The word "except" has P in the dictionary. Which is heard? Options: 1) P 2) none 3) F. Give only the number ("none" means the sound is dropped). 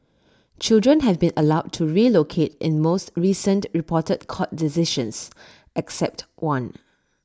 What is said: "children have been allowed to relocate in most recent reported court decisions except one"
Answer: 1